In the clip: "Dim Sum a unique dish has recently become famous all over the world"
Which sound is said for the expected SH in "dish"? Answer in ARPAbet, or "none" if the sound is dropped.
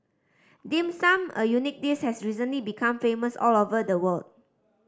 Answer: S